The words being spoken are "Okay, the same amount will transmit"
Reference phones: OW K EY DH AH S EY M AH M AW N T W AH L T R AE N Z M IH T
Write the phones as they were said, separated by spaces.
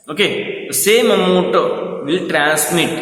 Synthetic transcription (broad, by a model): OW K EY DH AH S EY M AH M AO T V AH L T R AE N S M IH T